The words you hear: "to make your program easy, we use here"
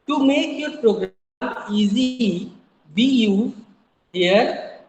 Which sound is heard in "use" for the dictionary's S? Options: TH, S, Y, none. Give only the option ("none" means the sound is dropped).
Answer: none